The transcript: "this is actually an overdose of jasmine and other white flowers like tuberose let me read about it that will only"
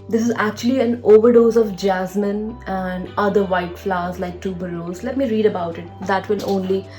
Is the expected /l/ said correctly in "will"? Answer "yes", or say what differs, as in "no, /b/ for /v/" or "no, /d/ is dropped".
no, /n/ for /l/